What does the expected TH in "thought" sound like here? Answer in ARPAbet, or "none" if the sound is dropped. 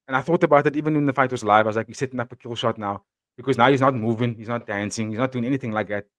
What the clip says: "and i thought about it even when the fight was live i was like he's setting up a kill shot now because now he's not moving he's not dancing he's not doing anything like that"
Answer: TH